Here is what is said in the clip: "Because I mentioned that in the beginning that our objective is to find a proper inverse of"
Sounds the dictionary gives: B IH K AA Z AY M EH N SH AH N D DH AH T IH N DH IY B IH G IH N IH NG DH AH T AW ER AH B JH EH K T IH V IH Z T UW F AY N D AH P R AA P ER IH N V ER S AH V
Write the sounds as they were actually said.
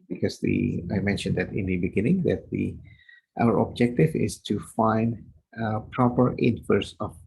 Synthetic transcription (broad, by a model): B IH K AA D AY M EH N SH AH N D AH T IH N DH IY B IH G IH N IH NG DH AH T AW ER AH B JH EH K T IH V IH S T UW F AY N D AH P R AA P ER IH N F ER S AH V